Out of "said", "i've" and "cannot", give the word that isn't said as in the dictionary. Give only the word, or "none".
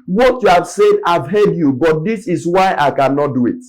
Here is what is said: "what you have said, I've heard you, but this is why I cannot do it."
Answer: none